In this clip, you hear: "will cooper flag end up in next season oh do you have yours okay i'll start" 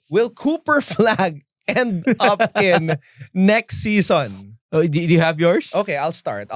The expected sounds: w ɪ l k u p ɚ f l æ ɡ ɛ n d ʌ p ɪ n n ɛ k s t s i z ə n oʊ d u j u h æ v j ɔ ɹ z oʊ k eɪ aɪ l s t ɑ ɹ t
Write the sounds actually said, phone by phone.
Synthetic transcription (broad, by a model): w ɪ l k u p ɚ f l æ ɡ ɛ n d ʌ p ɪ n n ɛ k s t s i s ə n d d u j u h æ v j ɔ ɹ s oʊ k eɪ aɪ l s t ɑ ɹ t